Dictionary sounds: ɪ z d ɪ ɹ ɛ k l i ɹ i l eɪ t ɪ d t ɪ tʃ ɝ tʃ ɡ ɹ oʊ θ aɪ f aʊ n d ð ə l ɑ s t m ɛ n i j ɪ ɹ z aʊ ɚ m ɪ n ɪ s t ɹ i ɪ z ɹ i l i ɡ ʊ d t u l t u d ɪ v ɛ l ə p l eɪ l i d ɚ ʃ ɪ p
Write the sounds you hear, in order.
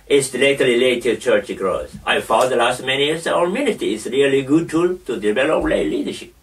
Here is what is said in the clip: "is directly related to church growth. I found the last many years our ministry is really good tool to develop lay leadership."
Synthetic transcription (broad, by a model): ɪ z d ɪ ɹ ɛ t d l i l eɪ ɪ t ɪ tʃ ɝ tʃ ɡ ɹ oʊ s aɪ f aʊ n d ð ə l ɑ s t m ɛ n i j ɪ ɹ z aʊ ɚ m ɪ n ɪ t i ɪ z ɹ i l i ɡ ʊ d t u l t u d ɪ v ɛ l ə p l eɪ l i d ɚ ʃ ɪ p